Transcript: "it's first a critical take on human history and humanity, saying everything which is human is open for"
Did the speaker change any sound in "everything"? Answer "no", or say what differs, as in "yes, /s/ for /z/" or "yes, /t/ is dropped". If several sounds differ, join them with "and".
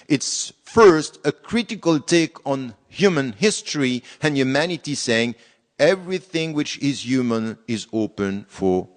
no